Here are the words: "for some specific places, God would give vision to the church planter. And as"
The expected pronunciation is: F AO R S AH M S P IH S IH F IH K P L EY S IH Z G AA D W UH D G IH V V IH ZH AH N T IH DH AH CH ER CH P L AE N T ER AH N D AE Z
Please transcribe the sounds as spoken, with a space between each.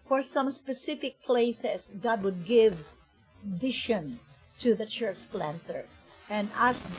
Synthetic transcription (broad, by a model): F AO R S AH M S P IH S IH F IH K P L EY S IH S G AA D W UH D G IH V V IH SH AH N T IH DH AH CH ER CH L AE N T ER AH N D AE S